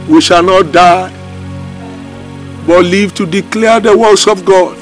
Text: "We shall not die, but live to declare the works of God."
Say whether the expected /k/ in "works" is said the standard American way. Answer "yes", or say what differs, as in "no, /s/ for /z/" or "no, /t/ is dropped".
no, /k/ is dropped